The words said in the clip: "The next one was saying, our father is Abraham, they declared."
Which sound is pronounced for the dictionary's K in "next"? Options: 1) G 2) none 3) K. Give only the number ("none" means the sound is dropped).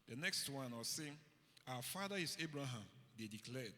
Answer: 3